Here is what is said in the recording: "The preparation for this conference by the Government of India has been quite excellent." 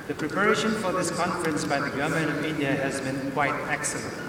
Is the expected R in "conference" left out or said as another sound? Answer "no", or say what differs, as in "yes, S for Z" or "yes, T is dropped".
no